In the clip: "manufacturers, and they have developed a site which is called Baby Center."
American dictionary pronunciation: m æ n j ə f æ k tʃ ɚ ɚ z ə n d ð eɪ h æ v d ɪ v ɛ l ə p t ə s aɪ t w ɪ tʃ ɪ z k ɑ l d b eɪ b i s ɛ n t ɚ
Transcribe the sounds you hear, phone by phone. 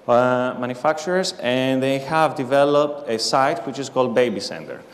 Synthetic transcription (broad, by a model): m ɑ n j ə f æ k tʃ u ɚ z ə n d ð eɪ h æ v d ɪ v ɛ l ə p t ə s aɪ t w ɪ tʃ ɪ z k ɑ l d b eɪ b i s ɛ n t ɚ